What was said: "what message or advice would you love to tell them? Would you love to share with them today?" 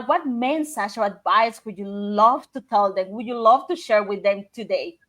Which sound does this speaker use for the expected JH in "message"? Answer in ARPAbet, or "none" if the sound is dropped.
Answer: CH